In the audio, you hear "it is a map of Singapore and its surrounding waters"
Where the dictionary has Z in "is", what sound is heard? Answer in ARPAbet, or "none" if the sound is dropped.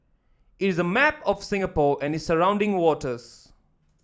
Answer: Z